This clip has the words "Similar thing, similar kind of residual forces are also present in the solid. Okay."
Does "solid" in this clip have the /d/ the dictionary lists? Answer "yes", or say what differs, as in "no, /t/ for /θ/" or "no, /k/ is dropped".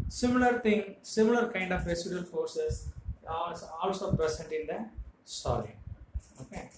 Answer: no, /d/ is dropped